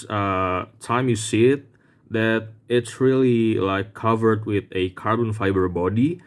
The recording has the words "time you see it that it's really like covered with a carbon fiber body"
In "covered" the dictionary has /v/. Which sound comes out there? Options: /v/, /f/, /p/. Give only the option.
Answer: /v/